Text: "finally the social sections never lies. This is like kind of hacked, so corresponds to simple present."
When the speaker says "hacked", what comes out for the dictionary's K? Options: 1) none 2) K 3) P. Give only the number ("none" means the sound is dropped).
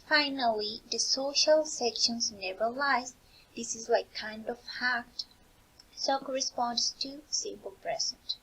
1